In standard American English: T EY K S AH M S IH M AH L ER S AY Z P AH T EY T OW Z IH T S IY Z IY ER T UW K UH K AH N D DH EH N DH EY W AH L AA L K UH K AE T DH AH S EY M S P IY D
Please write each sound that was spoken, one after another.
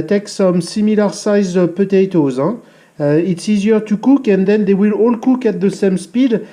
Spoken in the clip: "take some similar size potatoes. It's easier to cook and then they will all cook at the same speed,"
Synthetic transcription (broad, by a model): T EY K S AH M S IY M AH L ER S AY Z P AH T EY T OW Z IH T S IY Z IY ER T UW K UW K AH N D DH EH N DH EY W AH L AA L K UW K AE T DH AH S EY M S P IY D